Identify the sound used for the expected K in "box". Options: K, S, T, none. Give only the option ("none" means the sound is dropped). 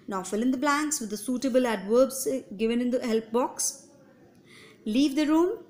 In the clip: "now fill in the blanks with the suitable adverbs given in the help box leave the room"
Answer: K